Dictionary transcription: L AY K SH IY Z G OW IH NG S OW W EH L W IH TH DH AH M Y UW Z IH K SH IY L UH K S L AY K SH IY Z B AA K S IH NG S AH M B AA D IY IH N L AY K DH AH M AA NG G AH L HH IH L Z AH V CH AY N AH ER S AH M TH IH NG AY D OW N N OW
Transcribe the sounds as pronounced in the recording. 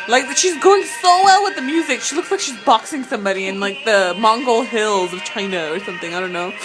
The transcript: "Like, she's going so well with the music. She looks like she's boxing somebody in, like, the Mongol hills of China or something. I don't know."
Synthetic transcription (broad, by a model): L AY K SH IY Z G OW IH NG S OW W EH L W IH DH AH M Y UW Z IH K SH IY L UH K S L AY K SH IY Z B AA K S IH NG S AH M B AA D IY IH N L AY K DH AH M AA NG G AH L HH IH L Z AH V CH AY N AH ER S AH M TH IH NG AY D OW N N OW